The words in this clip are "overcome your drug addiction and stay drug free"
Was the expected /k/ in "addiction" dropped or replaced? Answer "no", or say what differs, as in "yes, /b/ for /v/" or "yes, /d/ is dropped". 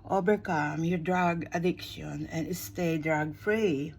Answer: no